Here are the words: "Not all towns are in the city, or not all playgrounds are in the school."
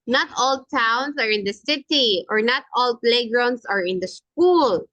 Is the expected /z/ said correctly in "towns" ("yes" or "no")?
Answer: no